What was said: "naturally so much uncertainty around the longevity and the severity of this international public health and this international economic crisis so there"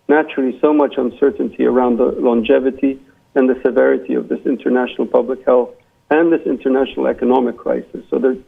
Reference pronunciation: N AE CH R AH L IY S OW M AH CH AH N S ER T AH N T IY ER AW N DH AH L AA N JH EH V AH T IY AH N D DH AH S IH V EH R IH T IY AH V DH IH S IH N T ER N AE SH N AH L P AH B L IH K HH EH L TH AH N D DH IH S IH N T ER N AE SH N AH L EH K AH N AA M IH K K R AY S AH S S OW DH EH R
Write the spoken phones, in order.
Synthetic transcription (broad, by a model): N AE CH R L IY S OW M AH CH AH N S ER T N T IY ER AW N DH AH L AA N JH EH V AH T IY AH N DH AH S IH V EH R IH T IY AH V DH IH S IH N T ER N AE SH N L P AH B L IH K HH EH L TH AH N DH IH S IH N T ER N AE SH N L EH K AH N AA M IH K K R AY S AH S S OW DH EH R